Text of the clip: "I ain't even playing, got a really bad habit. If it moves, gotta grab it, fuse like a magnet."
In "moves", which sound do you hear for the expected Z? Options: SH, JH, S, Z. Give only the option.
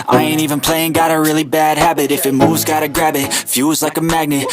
Z